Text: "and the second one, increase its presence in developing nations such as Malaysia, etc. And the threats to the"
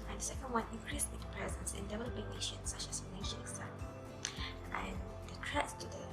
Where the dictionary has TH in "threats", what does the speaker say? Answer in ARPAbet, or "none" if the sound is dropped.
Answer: T